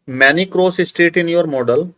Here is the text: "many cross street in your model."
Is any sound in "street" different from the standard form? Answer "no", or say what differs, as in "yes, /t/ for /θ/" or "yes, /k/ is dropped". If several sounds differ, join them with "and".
yes, /ɹ/ is dropped